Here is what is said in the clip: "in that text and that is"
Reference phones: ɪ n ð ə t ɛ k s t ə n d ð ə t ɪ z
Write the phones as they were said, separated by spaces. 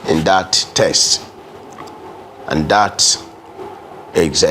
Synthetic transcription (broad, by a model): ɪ n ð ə t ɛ s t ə n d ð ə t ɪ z